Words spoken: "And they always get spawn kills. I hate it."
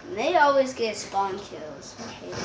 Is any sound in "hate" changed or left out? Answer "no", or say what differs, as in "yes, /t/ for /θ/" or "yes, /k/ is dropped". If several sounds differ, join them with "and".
yes, /t/ is dropped